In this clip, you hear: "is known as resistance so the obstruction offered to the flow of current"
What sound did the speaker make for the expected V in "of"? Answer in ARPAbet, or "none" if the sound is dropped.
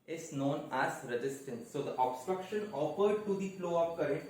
P